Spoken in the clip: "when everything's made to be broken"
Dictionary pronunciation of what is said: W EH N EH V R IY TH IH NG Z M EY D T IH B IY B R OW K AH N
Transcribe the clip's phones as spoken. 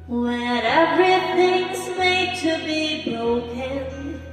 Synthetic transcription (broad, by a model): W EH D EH R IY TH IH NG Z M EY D T IH B IY B R OW K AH N